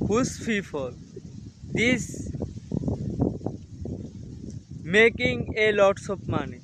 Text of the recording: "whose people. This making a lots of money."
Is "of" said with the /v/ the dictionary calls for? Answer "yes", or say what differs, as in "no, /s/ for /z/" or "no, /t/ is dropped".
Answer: no, /p/ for /v/